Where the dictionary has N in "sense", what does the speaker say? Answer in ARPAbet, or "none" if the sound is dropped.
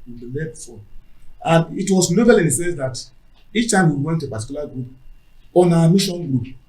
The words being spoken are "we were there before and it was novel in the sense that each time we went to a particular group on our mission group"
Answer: none